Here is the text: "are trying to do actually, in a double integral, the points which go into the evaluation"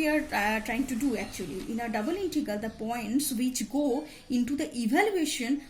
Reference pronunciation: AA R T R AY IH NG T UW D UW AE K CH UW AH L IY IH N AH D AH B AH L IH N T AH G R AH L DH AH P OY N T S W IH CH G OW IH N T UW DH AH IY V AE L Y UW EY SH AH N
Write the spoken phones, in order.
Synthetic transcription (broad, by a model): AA R T R AY IH NG T UW D UW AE K CH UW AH L IY IH N AH D AH B AH L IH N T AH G AH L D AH P OY N T S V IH CH G OW IH N T UW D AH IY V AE L Y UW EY SH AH N